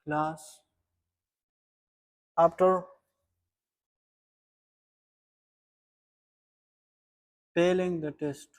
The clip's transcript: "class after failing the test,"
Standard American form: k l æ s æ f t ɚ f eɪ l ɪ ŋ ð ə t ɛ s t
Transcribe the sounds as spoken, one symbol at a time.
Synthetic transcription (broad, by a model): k l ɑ s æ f t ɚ p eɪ l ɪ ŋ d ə t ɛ s t